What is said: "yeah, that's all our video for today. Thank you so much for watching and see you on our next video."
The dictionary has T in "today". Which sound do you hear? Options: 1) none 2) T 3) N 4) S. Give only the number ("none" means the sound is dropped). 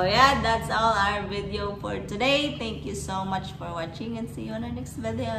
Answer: 2